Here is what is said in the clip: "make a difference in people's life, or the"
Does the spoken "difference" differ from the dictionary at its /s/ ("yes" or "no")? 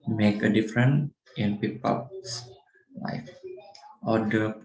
yes